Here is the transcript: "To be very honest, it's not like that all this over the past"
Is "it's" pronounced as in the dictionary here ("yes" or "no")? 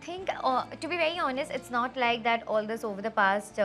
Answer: yes